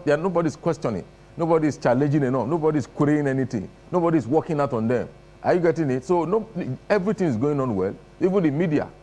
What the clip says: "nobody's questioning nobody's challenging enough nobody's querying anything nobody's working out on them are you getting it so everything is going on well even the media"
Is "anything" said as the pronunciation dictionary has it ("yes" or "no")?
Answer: no